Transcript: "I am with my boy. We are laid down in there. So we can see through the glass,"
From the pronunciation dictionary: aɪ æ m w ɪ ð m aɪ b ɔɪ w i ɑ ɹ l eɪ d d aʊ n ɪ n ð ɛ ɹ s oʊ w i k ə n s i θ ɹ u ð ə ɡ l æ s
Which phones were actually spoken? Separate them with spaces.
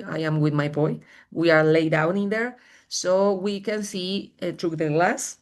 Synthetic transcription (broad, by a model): aɪ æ m w ɪ ð m aɪ b ɔɪ w i ɑ ɹ l eɪ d d aʊ n ɪ n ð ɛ ɹ s oʊ w i k ə n s i t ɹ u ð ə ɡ l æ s